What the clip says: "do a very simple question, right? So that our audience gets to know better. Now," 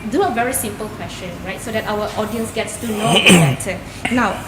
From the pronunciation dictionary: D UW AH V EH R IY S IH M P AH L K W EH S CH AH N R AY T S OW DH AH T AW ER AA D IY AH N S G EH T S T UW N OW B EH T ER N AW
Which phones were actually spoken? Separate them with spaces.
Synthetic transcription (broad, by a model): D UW AH V EH R IY S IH M P AH L K W EH S CH AH N R AY T S OW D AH T AW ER AA D IY AH N S G EH T S T UW N OW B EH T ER N AW